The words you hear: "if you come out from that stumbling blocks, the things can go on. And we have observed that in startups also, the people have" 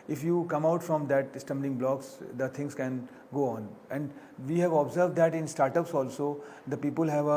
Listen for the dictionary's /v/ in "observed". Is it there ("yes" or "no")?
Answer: yes